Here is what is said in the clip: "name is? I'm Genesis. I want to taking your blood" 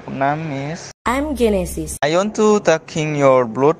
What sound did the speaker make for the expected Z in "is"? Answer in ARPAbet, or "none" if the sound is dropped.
S